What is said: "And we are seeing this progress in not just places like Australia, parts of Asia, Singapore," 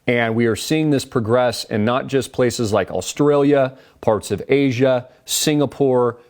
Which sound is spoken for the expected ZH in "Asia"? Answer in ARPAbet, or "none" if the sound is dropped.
ZH